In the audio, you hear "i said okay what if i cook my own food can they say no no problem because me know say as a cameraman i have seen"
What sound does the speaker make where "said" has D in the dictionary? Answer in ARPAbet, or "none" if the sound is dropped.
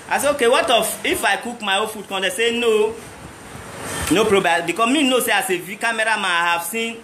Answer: none